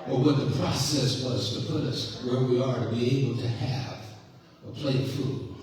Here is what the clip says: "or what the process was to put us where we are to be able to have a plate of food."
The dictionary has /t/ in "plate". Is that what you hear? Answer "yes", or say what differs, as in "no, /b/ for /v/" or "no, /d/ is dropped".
no, /t/ is dropped